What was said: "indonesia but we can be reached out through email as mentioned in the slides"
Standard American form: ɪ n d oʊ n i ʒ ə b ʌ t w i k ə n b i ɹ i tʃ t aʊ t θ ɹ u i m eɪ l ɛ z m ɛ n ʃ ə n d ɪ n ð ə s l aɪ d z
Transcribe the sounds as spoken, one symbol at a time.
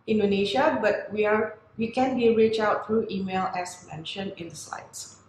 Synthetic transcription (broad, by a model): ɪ n d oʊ n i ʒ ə b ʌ t w i k ə n b i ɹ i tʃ aʊ t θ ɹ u i m eɪ l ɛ s m ɛ n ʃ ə n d ɪ n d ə s l aɪ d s